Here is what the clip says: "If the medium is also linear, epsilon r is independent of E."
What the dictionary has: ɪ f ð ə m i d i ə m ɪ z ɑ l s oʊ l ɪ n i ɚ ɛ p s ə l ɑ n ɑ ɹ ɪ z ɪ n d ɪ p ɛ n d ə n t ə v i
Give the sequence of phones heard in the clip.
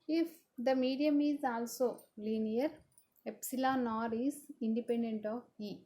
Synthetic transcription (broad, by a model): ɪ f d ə m i d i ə m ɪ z ɑ l s oʊ l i n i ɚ ɛ p s ə l ɑ n ɑ ɹ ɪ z ɪ n d ɪ p ɛ n d ə n t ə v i